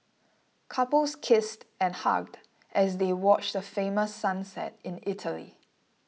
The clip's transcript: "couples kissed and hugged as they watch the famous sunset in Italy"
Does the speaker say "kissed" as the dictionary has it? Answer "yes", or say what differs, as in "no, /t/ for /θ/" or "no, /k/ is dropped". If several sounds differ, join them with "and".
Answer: yes